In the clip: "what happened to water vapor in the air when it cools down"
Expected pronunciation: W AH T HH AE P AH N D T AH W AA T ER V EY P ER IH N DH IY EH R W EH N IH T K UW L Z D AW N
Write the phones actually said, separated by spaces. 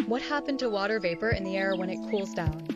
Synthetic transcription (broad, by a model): W AH T HH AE P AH N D T AH W AA T ER V EY P ER IH N DH IY EH R W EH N IH T K UW L Z D AW N